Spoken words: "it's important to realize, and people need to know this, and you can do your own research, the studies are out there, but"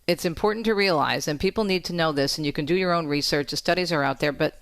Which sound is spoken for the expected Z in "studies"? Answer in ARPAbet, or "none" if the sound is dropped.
Z